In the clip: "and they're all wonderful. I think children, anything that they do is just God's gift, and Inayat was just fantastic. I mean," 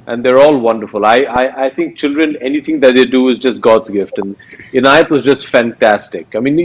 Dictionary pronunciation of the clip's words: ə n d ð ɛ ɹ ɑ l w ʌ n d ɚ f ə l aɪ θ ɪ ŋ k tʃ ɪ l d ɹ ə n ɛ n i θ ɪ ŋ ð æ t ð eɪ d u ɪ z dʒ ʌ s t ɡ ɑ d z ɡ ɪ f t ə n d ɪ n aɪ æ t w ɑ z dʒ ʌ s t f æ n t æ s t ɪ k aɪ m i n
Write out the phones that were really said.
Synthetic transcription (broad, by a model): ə n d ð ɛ ɹ ɑ l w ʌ n d ɚ f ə l aɪ t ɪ ŋ k tʃ ɪ l d ɹ ə n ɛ n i t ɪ ŋ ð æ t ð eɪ d u ɪ z dʒ ʌ s t ɡ ɑ d z ɡ ɪ f t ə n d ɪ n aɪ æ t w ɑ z dʒ ʌ s t f æ n t æ s t ɪ k aɪ m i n